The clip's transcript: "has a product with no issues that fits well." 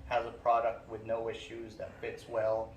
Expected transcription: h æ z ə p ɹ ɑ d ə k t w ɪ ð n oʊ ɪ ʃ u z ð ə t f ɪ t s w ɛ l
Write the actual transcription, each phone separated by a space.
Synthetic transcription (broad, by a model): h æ z ə p ɹ ɑ d ə k t w ɪ ð n oʊ ɪ ʃ u z ð ə t f ɪ t s w ɛ l